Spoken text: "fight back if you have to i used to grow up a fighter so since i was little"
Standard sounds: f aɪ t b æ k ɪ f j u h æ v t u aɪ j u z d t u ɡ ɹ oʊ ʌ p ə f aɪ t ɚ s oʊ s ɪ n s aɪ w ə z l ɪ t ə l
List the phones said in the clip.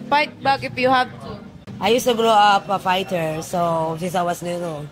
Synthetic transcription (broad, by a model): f aɪ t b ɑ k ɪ p j u h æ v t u aɪ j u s t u ɡ ɹ oʊ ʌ p ə f aɪ t ɚ s oʊ s ɪ n s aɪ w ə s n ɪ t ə